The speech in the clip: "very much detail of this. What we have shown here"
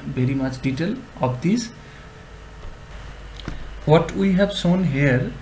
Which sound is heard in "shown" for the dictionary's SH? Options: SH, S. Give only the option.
S